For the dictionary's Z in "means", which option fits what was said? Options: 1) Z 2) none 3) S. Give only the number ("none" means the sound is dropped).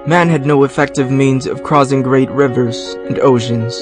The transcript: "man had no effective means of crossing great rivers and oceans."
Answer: 1